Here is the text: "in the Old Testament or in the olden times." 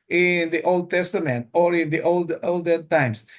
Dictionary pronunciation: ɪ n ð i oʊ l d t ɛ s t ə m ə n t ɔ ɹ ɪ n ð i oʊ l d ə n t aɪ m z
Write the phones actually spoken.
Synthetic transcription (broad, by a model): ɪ n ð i oʊ l d t ɛ s t ə m ə n t ɔ ɹ ɪ n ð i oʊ l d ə l t aɪ m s